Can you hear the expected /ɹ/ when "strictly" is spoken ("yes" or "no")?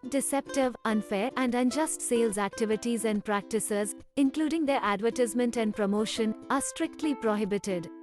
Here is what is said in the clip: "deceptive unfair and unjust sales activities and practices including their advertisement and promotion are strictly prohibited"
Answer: yes